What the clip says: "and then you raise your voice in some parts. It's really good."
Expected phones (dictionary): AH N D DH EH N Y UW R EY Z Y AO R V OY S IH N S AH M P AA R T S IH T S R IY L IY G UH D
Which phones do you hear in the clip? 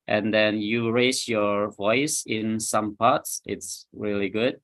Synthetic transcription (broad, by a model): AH N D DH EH N Y UW R EY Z Y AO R V OY S IH N S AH M P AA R T S IH T S R IY L IY G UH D